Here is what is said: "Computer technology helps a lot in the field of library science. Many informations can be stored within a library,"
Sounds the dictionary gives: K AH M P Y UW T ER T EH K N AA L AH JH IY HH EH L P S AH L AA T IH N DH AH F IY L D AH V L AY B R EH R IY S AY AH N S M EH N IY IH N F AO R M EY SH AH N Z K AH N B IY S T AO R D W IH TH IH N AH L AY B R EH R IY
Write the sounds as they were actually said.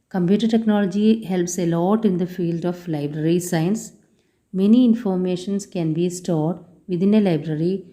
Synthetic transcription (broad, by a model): K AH M P Y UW T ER T EH K N AA L AH JH IY HH EH L P S AH L AA T IH N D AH F IY L D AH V L AY B R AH R IY S AY AH N S M EH N IY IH N F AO R M EY SH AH N S K AH N B IY S T AO R D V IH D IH N AH L AY B R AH R IY